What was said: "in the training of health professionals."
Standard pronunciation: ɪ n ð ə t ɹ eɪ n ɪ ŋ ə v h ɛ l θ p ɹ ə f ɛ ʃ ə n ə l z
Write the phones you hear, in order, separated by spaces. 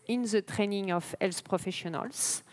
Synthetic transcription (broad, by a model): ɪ n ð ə t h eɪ n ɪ ŋ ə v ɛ l s p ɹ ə f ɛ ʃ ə n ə l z